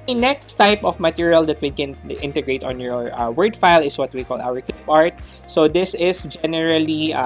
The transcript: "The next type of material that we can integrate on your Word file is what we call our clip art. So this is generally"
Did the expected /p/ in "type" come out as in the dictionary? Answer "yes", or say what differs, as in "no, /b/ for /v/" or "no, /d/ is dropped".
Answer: yes